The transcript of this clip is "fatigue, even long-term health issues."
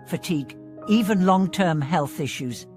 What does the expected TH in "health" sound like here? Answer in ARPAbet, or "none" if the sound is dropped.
TH